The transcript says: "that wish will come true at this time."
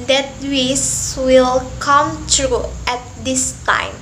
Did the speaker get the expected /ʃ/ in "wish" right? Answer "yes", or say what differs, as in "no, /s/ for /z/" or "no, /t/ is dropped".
no, /s/ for /ʃ/